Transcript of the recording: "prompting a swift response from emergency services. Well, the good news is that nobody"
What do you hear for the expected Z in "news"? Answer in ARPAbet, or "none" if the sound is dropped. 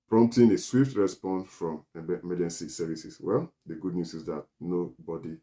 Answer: S